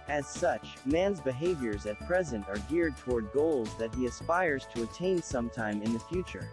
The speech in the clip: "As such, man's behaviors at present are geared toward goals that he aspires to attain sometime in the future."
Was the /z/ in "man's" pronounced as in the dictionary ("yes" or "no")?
yes